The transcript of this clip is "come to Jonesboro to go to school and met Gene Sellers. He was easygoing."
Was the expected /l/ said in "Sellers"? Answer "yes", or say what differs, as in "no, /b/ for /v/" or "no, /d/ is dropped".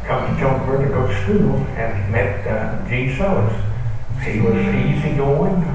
no, /l/ is dropped